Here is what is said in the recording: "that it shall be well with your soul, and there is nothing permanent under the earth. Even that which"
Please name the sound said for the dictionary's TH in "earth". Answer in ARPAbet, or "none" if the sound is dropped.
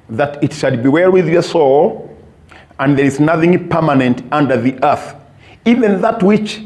TH